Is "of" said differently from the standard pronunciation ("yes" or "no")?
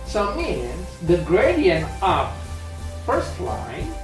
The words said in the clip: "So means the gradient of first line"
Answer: yes